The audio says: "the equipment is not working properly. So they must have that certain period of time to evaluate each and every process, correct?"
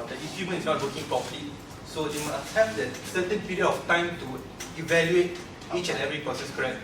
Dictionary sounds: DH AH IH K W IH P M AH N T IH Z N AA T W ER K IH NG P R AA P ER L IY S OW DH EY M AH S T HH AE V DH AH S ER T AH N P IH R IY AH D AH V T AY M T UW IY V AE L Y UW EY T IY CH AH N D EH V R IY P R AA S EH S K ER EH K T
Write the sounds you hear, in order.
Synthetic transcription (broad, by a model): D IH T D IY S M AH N IH S N AA T W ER K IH NG P R AA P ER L IY S OW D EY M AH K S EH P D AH S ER T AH N P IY R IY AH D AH F T AY M T UW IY V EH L Y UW EY T IY CH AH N EH V R IY P R AA S EH S K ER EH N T